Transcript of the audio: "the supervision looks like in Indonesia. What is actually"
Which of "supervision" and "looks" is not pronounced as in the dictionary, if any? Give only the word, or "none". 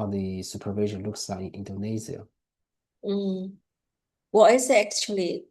none